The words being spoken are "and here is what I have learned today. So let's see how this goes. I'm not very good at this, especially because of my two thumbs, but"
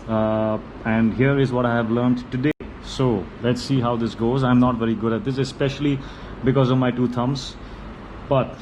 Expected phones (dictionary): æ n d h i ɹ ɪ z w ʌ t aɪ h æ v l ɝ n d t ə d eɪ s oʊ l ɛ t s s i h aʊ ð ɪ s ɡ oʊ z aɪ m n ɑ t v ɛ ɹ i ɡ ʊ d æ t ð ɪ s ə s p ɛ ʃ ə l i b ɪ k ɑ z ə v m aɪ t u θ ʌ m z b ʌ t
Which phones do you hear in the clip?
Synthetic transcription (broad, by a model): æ n d h i ɹ ɪ z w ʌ t aɪ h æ v l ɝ n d t ə d eɪ s oʊ l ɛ t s s i h aʊ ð ɪ s ɡ oʊ z aɪ m n ɑ t v ɛ ɹ i ɡ ʊ d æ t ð ɪ s ə s p ɛ ʃ ə l i b ɪ k ɑ z ə v m aɪ t u t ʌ m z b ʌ t